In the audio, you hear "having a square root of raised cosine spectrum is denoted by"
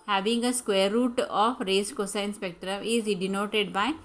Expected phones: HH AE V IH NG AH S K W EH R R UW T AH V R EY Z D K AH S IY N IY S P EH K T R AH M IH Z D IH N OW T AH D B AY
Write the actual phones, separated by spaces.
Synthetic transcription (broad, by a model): HH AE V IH NG AH S K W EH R R UW T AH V R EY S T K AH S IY N S P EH K T AH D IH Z D IH N OW T AH D B AY